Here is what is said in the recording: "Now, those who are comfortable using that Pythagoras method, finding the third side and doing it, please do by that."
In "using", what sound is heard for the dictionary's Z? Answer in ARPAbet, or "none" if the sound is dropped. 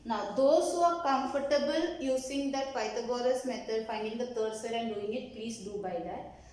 S